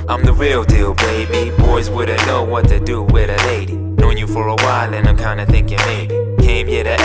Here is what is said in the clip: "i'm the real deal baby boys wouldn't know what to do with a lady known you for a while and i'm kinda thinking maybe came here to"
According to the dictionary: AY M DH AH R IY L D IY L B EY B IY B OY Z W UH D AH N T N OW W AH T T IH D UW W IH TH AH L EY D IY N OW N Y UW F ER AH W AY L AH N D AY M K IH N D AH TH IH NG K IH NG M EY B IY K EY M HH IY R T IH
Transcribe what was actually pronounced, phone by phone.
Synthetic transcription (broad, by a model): AY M DH AH R IY L D IY L B EY B IY B OY Z W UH D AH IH N OW W AH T T IH D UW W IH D AH L EY D IY N OW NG Y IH F ER AH W AY L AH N AY M K IH N D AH TH IH NG K IH NG M EY B IY K EY M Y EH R T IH